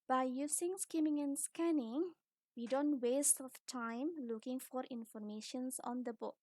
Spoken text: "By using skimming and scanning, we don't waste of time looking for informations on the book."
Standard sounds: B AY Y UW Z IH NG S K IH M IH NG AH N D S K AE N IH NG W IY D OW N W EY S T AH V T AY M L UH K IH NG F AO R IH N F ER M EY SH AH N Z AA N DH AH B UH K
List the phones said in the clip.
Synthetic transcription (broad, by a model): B AY Y UW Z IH NG S K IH M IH NG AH N S K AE N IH NG W IY D OW N W EY S T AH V T AY M L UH K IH NG F AO R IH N F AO M EY SH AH N S AA N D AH B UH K